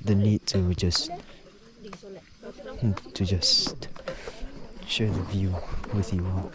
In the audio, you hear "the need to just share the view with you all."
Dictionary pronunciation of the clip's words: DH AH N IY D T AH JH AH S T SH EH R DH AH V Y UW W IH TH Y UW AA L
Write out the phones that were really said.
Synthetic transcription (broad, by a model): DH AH N IY D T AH JH AH S T SH EH R DH AH V Y UW W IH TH Y UW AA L